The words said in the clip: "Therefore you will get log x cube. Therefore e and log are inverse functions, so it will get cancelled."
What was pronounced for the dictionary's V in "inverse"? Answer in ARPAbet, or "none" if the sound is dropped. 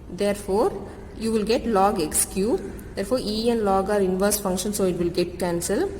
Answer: V